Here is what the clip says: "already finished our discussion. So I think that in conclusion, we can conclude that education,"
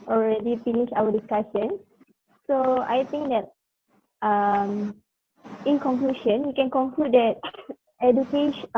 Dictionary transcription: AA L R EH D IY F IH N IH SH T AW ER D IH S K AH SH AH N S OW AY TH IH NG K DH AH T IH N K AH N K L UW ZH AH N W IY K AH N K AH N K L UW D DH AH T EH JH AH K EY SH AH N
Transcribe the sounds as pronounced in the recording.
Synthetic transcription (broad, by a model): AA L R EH D IY F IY N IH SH AW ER D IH S K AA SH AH N S OW AY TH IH NG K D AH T IH N K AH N K L UW SH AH N W IY K AH N K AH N K L UW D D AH T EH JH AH K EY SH